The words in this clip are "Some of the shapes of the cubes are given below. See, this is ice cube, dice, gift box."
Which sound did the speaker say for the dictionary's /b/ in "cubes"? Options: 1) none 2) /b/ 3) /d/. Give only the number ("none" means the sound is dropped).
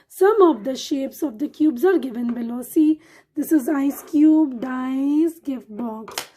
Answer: 2